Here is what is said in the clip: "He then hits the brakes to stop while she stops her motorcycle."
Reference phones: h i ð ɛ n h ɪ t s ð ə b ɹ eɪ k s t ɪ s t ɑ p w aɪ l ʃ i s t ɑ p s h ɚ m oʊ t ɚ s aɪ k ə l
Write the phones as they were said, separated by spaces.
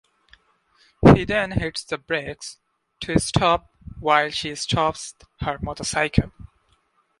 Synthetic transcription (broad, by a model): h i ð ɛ n h ɪ t s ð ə b ɹ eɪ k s t ɪ s t ɑ p w aɪ l ʃ i s t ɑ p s h ɚ m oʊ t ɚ s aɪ k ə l